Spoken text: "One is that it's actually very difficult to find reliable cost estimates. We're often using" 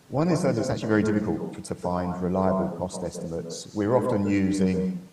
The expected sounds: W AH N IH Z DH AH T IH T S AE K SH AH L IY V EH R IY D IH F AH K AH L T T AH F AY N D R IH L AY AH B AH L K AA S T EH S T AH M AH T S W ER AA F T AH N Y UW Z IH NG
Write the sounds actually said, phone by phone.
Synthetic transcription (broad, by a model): W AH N IH Z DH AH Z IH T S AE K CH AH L IY V EH R IY D IH F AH K AH L T T AH F AY N D R IH L AY AH B AH L K AA S T EH S T AH M AH T S W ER AA F T AH N Y UW Z IH NG